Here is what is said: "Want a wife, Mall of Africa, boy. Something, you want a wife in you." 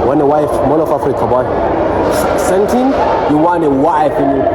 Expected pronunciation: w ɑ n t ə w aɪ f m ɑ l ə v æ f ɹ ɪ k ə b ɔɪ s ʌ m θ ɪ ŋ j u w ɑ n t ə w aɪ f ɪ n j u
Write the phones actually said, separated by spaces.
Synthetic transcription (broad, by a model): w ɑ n ə w aɪ f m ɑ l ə f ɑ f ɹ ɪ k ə b ɔɪ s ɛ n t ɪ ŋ j u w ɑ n ə w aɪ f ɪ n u